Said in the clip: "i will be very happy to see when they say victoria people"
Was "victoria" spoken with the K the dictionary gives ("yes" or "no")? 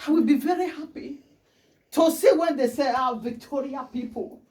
yes